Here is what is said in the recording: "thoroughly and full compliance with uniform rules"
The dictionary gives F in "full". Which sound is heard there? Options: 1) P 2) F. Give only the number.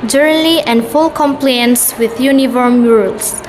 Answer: 2